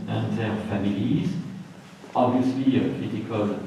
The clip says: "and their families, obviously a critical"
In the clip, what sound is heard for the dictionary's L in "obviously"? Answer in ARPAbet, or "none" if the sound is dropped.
L